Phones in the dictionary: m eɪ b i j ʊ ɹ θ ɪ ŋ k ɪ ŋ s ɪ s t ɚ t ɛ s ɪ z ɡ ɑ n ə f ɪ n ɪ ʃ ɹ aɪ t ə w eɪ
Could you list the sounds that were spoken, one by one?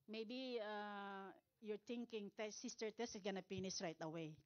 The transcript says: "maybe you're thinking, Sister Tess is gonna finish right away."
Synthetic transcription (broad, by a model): m eɪ b i j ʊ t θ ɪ ŋ k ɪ ŋ s ɪ s t ɚ t ɛ s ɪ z ɡ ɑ n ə p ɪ n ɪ s ɹ aɪ t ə w eɪ